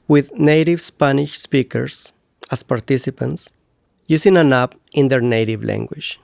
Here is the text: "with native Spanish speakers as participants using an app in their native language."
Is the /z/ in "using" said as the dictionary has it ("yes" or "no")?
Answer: no